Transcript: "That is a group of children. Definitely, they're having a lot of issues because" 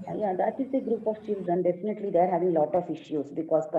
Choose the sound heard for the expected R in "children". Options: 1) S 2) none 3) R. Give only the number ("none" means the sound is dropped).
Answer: 2